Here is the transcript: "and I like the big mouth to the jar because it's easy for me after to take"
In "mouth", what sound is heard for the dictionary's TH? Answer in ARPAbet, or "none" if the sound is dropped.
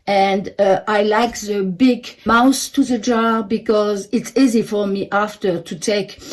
S